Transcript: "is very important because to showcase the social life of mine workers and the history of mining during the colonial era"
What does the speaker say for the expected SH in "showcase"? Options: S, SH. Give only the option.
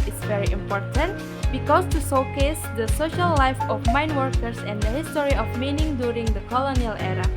S